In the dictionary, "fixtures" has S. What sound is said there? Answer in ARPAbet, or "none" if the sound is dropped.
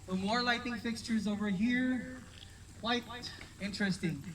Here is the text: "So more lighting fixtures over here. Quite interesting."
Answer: S